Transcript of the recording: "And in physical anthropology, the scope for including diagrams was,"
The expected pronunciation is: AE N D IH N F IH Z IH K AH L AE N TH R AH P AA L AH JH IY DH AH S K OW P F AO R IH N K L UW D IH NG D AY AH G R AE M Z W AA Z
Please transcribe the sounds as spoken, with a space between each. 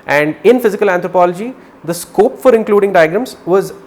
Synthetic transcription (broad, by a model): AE N D IH N F IH Z IH K AH L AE N T R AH P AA L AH JH IY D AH S K OW P F AO R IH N K L UW D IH NG D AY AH G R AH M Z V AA Z